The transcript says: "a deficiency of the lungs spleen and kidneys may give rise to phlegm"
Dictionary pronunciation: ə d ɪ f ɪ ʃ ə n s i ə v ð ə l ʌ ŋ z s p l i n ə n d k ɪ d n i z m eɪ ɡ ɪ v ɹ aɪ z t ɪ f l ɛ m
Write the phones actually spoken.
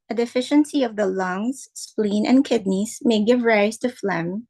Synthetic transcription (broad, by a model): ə d ɪ f ɪ ʃ ə n s i ə v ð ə l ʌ ŋ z s p l i n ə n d k ɪ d n i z m eɪ ɡ ɪ v ɹ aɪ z t ɪ f l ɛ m